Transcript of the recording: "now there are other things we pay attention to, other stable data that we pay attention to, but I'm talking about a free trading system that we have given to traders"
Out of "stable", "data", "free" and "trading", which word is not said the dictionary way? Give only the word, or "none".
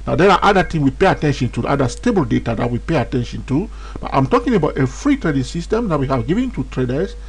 none